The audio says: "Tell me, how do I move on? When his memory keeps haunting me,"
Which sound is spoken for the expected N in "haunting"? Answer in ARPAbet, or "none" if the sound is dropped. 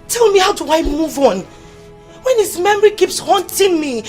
N